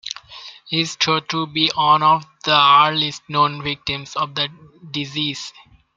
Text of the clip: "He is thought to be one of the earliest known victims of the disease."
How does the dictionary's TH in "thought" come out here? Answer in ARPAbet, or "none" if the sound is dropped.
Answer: T